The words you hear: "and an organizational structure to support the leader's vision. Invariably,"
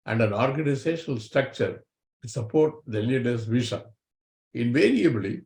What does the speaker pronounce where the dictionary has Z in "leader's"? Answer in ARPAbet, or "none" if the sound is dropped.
S